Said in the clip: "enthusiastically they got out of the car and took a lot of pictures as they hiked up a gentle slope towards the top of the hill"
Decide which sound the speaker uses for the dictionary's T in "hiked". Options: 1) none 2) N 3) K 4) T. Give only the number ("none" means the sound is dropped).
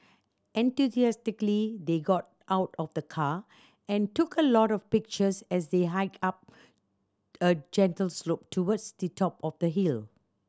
1